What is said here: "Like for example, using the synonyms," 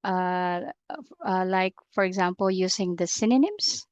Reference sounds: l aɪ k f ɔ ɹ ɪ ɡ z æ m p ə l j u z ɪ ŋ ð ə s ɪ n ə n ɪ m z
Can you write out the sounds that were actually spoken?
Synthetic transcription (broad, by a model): l aɪ k f ɔ ɹ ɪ ɡ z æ m p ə l j u s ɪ ŋ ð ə s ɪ n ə n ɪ m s